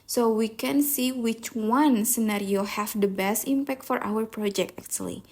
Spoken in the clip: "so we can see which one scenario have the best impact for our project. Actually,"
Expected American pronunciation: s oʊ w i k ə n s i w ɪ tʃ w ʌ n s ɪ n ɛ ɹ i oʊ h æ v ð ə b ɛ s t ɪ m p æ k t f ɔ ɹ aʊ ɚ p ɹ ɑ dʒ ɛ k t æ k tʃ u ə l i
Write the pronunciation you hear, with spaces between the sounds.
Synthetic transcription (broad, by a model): s oʊ w i k ə n s i w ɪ tʃ w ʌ n s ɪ n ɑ ɹ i oʊ h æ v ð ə b ɛ s t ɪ m p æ k t f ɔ ɹ aʊ ɚ p ɹ ɑ dʒ ɛ k t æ k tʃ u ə l i